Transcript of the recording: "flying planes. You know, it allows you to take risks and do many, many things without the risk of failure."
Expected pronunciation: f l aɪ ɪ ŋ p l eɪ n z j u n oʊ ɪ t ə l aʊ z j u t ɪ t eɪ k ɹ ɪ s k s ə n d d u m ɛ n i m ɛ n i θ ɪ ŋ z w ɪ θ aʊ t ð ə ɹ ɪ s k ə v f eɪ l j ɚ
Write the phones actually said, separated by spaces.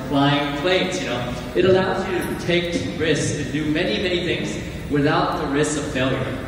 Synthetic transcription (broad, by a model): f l aɪ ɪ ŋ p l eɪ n s j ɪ n oʊ ɪ t ə l aʊ z j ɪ t ɪ t eɪ k ɹ ɪ s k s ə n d d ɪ m ɛ n i m ɛ n i θ ɪ ŋ z w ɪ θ aʊ t ð ə ɹ ɪ s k ə v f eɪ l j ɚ